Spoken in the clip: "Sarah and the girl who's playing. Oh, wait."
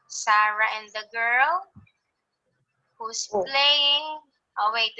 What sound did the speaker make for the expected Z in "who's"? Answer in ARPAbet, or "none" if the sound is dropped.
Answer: S